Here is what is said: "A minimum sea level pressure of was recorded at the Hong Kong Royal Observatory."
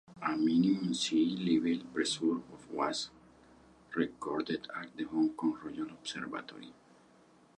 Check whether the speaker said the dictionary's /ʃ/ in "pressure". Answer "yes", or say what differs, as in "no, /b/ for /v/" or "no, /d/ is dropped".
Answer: no, /s/ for /ʃ/